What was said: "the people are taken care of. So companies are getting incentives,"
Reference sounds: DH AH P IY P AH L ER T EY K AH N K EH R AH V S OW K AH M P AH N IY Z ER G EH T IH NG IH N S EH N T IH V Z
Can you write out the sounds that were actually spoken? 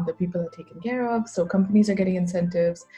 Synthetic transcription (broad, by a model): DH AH P IY P L ER T EY K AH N K EH R AH V S OW K AH M P AH N IY Z ER G EH T IH NG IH N S EH N T IH V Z